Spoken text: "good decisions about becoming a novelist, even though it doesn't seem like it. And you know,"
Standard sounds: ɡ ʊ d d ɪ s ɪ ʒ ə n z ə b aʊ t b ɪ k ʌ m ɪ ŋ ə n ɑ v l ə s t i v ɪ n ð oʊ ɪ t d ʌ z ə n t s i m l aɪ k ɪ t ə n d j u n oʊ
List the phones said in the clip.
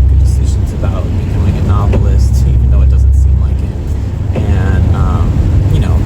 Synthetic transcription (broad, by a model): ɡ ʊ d d ɪ s ɪ ʒ ə n z ə b aʊ t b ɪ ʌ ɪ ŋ ə n ɑ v l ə s t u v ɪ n oʊ ɪ t d ʌ z ə n t s i m l aɪ k ɪ t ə n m j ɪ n oʊ